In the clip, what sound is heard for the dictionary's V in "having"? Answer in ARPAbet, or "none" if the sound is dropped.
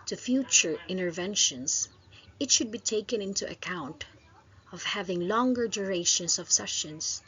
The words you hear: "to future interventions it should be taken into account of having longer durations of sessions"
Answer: V